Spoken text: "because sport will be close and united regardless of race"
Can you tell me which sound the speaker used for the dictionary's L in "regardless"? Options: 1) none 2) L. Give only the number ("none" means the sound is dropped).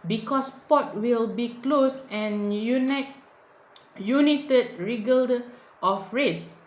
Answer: 1